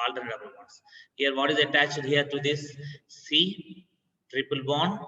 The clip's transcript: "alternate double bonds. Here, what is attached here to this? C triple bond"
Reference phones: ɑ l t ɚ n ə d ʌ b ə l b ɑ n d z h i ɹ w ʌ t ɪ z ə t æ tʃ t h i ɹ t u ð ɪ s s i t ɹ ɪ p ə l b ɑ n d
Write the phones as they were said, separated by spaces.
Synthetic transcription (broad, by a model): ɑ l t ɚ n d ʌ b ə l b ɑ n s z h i ɹ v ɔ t ɪ z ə t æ tʃ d h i ɹ t u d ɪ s s i t ɹ ɪ p ə l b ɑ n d